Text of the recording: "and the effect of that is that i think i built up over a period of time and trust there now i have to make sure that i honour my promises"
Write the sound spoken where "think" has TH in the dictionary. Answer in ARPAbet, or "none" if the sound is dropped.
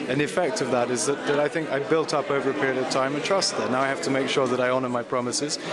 TH